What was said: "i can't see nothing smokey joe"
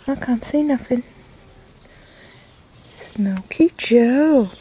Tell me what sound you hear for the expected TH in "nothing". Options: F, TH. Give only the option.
F